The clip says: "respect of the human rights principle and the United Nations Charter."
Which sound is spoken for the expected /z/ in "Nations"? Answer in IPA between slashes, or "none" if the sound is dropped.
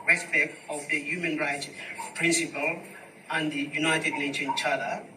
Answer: none